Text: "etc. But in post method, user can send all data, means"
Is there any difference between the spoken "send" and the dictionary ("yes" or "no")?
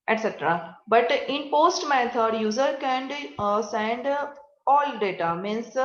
no